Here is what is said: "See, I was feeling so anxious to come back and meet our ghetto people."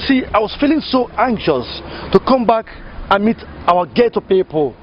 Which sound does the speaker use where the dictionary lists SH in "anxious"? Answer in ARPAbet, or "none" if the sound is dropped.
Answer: SH